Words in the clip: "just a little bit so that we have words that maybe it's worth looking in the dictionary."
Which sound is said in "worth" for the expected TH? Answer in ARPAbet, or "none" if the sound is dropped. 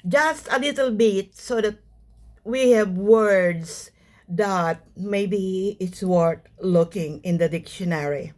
T